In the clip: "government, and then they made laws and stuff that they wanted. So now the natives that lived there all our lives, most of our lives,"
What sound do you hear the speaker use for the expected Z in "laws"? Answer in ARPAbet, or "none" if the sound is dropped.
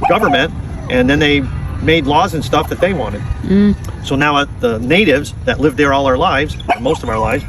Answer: Z